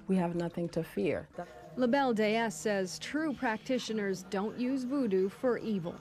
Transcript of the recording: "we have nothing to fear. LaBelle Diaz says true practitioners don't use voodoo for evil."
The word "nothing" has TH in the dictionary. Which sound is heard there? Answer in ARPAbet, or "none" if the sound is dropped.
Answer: TH